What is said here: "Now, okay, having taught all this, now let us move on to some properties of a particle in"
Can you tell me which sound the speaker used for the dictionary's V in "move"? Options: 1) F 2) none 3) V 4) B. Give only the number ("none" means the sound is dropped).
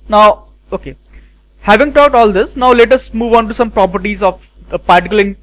3